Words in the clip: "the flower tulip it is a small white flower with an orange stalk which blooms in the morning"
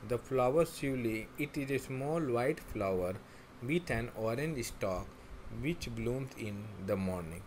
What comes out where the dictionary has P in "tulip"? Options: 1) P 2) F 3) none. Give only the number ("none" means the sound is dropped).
3